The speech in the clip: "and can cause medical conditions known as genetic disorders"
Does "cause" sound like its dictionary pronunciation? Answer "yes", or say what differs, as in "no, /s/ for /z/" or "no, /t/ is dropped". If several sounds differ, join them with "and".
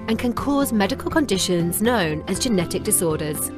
yes